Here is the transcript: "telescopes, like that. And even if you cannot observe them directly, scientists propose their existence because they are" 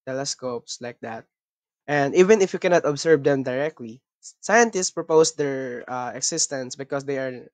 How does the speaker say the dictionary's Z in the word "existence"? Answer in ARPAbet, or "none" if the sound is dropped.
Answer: S